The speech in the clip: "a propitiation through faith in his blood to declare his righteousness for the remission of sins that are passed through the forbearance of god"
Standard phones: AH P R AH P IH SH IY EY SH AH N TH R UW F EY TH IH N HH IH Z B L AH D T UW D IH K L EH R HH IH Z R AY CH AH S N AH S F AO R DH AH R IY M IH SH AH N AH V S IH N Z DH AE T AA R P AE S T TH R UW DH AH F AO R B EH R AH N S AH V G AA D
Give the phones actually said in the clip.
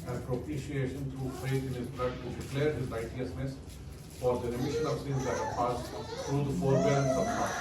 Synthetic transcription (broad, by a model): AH P R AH P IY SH IY EY SH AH N T R UW F EY T IH N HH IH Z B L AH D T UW D IH K L EH R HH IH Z L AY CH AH S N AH S F AO R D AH R IY M IH SH AH N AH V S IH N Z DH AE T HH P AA S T T R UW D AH F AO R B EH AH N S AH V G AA